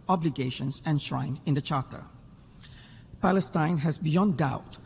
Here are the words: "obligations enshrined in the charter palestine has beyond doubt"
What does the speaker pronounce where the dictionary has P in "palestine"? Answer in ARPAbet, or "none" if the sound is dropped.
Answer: P